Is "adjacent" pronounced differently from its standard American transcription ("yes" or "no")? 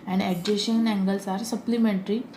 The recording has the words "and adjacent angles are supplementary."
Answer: yes